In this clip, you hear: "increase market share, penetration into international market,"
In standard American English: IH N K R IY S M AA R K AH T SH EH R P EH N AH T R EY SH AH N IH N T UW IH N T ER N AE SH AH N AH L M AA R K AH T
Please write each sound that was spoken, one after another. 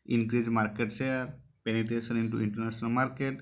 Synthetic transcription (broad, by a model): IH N K R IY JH M AA R K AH T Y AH R P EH N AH T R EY S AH N IH N T UW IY N T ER N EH S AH N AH L M AA R K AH T